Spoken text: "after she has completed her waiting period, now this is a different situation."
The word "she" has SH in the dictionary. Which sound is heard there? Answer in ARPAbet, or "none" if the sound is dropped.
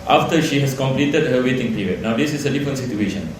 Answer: SH